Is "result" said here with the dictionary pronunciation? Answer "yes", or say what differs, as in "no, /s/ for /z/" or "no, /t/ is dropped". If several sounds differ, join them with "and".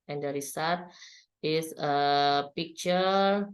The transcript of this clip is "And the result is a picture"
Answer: no, /s/ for /z/ and /l/ is dropped